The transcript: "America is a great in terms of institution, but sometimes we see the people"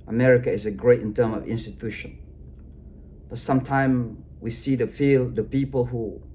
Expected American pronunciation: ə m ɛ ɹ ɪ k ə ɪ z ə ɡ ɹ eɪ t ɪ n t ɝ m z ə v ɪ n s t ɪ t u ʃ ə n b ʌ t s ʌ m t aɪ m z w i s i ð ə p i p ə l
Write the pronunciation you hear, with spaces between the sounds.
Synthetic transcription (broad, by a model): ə m ɛ ɹ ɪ k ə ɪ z ə ɡ ɹ eɪ t ɪ n t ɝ m ə v ɪ n s t ɪ t u ʃ ə n b ʌ t s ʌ m t aɪ m w i s i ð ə p i p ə l